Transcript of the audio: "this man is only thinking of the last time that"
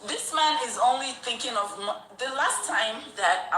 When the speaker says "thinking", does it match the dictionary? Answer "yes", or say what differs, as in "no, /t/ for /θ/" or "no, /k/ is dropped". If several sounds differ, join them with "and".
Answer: yes